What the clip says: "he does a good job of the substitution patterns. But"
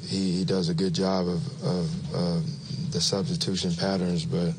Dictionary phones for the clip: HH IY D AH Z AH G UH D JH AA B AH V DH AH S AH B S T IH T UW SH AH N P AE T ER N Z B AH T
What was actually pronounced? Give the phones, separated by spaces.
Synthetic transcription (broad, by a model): HH IY D AH Z AH G UH D JH AA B AH V DH AH S AH B S T IH T UW SH AH N P AE T ER N Z B AH T